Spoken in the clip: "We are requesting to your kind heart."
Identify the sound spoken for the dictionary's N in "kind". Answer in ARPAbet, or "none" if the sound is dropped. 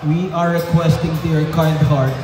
L